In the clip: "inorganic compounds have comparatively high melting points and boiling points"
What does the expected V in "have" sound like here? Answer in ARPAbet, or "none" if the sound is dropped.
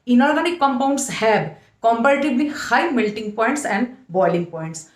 B